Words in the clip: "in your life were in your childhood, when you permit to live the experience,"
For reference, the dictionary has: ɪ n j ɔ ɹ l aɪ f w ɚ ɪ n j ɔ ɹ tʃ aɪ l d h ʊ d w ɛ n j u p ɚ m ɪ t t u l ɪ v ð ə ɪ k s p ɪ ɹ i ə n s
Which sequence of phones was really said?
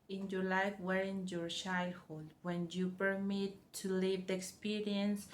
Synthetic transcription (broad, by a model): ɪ n j ɔ ɹ l aɪ f w ɚ ɪ n j ɔ ɹ ʃ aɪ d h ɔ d w ɛ n j u p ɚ m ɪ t t u l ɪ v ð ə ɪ k s p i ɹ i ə n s